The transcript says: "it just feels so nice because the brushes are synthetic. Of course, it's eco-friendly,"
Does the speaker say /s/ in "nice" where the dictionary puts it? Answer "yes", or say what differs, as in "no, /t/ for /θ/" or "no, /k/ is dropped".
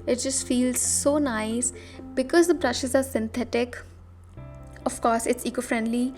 yes